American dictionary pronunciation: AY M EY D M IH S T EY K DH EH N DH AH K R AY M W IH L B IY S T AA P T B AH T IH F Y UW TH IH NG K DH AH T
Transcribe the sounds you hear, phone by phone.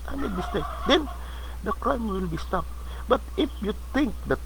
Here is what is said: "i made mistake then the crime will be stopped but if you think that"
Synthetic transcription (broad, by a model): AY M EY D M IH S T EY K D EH N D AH K R AY M W IH L B IY S T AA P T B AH T IH F Y UW T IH NG K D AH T